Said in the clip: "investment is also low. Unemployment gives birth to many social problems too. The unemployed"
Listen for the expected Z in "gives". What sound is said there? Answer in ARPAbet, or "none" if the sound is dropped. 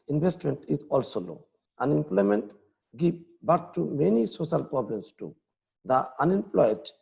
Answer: none